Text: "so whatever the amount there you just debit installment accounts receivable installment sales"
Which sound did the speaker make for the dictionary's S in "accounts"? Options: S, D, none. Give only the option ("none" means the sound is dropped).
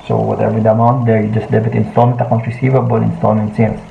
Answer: none